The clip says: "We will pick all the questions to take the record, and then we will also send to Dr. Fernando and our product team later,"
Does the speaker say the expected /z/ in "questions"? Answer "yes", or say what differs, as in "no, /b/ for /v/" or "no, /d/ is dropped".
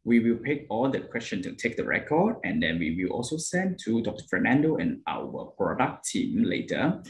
no, /z/ is dropped